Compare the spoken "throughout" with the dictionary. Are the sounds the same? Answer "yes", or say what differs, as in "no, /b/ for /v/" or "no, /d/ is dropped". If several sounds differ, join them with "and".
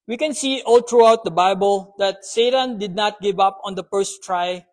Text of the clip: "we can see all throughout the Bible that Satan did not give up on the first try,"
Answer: no, /t/ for /θ/